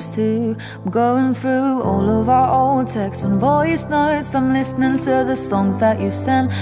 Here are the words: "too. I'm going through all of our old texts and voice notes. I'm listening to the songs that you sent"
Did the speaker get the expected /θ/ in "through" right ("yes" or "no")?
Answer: yes